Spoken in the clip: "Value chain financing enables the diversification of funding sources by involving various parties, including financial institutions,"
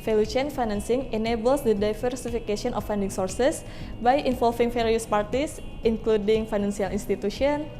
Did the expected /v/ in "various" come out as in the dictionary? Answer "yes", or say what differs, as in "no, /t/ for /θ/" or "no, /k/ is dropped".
no, /f/ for /v/